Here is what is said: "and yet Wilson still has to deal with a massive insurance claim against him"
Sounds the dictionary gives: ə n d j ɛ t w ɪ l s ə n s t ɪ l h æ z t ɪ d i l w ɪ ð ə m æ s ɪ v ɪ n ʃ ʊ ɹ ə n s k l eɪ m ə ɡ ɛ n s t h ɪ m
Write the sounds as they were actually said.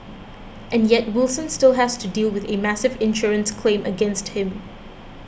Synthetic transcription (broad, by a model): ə n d j ɛ t w ɪ l s ə n s t ɪ l h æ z t ɪ d i l w ɪ ð ə m æ s ɪ v ɪ n ʃ ʊ ɹ ə n s k l eɪ m ə ɡ ɛ n s t h ɪ m